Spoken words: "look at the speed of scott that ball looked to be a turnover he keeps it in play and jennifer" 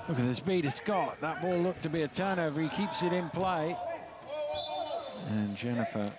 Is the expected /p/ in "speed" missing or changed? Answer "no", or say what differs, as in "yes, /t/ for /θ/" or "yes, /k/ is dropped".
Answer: yes, /b/ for /p/